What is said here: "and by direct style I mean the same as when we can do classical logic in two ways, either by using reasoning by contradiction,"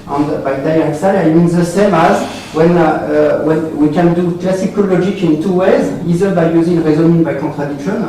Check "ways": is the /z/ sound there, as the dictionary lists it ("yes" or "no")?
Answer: yes